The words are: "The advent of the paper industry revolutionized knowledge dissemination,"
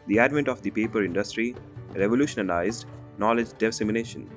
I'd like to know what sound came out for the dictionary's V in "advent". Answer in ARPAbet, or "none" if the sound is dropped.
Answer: V